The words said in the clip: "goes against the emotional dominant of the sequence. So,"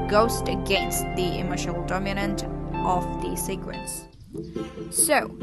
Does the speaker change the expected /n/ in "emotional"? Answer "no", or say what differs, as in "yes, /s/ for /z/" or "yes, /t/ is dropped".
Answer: yes, /n/ is dropped